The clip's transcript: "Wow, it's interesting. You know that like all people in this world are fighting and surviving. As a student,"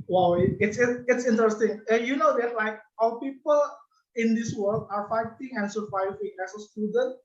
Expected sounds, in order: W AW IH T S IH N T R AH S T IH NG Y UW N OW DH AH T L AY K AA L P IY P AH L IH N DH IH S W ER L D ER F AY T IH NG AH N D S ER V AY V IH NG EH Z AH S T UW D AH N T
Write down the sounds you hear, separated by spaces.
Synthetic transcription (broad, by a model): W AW IH T S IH N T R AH S T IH NG Y UW N OW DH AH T L AY K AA W P IY P AH L IH N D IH S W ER L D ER F AY T IH NG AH N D S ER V AY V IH NG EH S AH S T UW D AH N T